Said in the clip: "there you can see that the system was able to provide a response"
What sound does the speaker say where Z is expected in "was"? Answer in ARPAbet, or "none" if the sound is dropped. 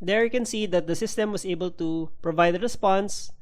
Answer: S